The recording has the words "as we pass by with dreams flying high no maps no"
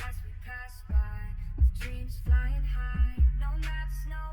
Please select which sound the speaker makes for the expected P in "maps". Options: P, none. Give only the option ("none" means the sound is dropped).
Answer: none